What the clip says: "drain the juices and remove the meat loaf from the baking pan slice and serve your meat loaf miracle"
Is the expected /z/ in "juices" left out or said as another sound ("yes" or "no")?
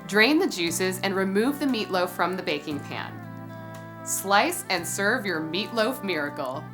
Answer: no